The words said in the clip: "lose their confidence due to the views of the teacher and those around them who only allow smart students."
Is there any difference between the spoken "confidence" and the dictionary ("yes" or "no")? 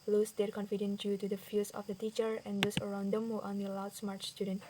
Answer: yes